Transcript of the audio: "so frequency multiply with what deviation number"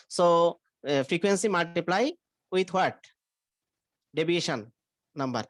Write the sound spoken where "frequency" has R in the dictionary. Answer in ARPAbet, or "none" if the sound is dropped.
R